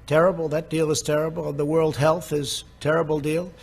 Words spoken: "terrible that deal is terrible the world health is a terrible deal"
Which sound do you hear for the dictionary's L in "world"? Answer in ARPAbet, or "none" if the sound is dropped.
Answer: L